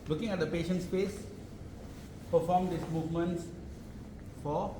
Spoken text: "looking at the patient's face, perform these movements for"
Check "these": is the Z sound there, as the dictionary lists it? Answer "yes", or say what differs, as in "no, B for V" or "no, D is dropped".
no, S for Z